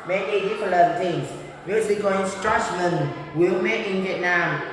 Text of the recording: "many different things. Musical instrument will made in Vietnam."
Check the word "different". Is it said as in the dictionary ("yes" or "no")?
no